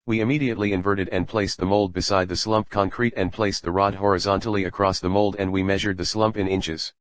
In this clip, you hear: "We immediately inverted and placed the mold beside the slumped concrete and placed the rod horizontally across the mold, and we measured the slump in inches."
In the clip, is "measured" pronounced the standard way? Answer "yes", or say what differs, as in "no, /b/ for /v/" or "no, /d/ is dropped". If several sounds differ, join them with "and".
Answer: yes